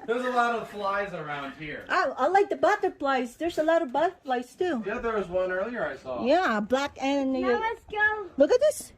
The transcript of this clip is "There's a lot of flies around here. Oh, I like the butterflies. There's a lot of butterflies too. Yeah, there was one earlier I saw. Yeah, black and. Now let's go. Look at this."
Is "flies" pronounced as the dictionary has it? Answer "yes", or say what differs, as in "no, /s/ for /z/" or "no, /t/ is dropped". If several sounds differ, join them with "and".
yes